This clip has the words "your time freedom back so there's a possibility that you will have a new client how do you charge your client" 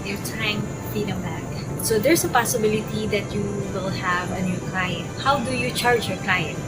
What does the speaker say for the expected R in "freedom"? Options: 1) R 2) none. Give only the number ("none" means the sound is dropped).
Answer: 2